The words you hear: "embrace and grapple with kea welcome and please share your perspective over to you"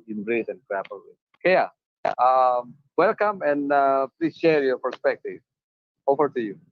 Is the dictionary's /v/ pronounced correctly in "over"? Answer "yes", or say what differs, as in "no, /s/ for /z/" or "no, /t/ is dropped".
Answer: no, /f/ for /v/